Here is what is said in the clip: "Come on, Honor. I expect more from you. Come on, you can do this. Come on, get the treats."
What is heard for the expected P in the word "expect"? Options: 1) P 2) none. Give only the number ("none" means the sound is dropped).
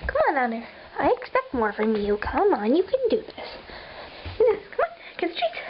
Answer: 1